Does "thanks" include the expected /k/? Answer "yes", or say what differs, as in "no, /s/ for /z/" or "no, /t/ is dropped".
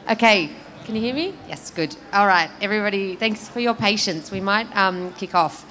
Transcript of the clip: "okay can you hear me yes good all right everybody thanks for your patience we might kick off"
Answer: yes